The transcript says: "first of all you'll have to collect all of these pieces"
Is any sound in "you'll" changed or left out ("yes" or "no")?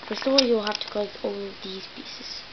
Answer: no